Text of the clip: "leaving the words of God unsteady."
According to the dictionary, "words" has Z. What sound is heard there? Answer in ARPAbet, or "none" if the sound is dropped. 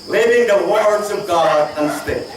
Z